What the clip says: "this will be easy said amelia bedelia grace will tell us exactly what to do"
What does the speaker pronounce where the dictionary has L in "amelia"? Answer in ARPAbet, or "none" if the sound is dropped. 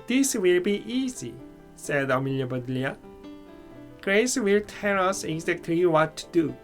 L